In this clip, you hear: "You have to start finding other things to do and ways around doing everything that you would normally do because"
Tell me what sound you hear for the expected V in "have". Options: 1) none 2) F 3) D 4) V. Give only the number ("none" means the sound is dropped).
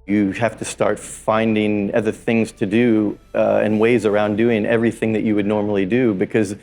2